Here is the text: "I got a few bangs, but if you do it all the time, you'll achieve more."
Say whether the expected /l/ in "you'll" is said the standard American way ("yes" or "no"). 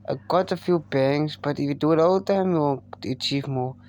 no